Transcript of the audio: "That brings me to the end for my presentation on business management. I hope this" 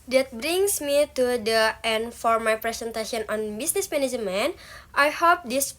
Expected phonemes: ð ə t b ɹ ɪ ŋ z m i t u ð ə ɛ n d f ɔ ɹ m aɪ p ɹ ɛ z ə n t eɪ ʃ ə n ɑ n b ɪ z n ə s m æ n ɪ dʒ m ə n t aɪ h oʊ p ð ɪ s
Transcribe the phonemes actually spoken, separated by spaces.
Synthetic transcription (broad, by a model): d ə t b ɹ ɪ ŋ s m i t u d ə ɛ n d f ɔ ɹ m aɪ p ɹ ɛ s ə n t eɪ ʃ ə n ɑ n b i s n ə s m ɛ n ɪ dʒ m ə n t aɪ h oʊ p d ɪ s